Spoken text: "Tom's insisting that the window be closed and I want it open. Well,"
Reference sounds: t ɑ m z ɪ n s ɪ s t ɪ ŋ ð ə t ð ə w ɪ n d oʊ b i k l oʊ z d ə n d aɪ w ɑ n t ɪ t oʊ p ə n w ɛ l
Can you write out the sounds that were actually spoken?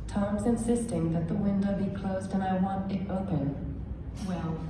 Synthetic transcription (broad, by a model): t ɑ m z ɪ n s ɪ s t ɪ ŋ ð ə t ð ə w ɪ n d oʊ b i k l oʊ z d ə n aɪ w ɑ n t ɪ t oʊ p ə n w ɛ l